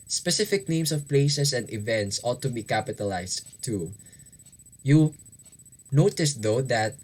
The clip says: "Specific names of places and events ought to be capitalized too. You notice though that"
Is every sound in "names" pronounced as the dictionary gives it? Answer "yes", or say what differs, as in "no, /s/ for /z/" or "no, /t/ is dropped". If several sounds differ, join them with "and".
no, /s/ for /z/